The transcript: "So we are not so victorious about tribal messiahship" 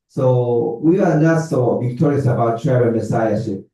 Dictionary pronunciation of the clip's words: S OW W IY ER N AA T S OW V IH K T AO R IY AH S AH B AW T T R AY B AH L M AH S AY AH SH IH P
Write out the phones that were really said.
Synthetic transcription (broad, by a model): S OW W IY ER N AA T S OW V IH K T AO R IY AH S AH B AW T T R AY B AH N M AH S AY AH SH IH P